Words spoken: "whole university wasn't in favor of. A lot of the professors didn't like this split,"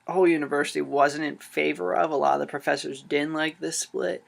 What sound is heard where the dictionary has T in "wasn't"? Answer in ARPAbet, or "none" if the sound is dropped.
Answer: T